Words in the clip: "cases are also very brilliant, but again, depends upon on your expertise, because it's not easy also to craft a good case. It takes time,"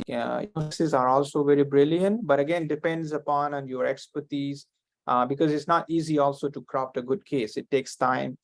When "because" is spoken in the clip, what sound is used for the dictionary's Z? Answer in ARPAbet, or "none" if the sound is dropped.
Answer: Z